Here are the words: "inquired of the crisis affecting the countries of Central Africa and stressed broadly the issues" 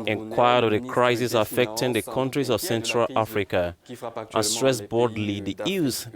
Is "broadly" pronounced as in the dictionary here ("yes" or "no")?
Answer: no